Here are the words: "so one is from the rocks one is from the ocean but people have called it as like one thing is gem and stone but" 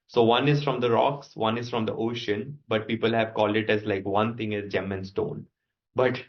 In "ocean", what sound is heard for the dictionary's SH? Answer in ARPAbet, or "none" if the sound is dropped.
SH